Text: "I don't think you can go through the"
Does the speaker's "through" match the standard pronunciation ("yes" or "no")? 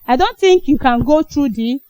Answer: no